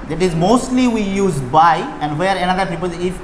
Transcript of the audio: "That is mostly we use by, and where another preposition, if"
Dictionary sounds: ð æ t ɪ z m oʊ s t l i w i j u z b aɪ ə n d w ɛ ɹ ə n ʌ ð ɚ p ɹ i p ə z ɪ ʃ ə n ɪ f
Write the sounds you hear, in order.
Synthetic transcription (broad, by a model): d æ t ɪ z m oʊ s t l i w i j u z b aɪ ə n d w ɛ ɹ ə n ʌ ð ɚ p i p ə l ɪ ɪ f